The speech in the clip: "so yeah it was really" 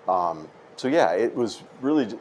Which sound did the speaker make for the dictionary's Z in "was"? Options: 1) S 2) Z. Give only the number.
2